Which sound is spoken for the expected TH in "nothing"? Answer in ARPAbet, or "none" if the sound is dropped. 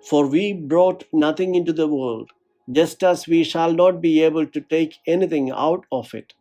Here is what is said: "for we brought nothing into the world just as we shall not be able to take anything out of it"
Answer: T